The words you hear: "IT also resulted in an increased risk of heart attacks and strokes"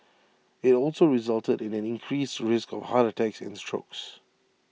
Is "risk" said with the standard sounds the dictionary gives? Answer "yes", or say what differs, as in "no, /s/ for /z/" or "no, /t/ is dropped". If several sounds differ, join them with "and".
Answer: yes